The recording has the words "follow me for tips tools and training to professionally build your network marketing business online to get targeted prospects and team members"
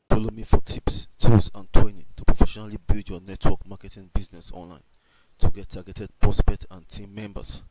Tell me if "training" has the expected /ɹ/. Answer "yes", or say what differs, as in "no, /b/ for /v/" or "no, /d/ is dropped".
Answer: no, /w/ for /ɹ/